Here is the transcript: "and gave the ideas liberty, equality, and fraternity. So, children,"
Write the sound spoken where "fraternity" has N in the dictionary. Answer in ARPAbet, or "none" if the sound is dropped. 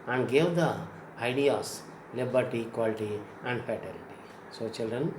L